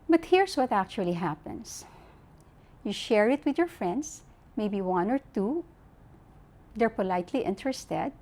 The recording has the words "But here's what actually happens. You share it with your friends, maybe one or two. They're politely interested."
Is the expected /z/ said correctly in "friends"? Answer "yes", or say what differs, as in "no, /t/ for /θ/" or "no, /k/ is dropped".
no, /s/ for /z/